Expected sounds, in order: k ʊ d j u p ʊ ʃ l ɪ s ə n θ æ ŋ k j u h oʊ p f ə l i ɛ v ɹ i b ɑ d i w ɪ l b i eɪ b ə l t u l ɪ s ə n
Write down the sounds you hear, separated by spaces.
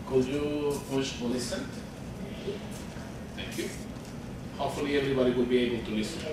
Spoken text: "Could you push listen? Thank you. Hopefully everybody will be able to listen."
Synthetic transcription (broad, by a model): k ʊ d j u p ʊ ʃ l ɪ s ə n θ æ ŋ k j u h oʊ p f ə l i ɛ v ɹ i b ɑ d i w ɪ l b i eɪ b ə l t u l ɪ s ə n